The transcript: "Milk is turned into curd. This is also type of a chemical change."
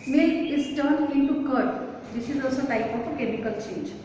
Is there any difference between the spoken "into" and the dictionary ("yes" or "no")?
yes